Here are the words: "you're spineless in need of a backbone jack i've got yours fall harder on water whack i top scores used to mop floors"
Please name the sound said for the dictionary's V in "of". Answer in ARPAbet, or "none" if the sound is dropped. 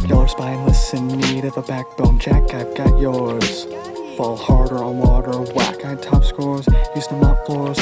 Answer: V